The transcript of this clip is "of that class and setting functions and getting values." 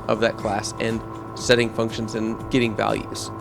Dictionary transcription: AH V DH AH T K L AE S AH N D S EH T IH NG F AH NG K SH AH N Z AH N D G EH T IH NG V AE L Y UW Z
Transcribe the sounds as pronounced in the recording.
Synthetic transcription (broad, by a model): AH V DH AH T K L AE S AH N S EH T IH NG F AH NG K SH AH N Z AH N G EH T IH NG V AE L Y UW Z